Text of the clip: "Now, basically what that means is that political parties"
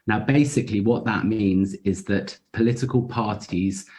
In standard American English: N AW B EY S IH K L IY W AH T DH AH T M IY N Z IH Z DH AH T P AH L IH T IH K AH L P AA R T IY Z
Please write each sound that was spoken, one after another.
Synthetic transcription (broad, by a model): N AW B EY S IH K L IY W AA T DH AH T M IY N Z IH Z DH AH T P AH L IH T IH K AH L P AA T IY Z